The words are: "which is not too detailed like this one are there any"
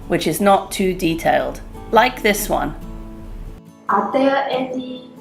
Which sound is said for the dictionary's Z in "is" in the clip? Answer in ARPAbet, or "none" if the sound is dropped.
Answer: Z